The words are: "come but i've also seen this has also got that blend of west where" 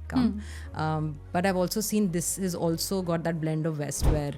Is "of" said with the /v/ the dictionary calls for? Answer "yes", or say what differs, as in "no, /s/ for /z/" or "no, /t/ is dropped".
yes